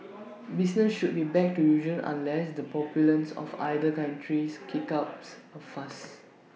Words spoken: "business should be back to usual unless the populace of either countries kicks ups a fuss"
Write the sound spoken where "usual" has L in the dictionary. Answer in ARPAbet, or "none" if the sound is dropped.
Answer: N